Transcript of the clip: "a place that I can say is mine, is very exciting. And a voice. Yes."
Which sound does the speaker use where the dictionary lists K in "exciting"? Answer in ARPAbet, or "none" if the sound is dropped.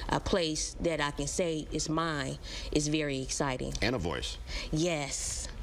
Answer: K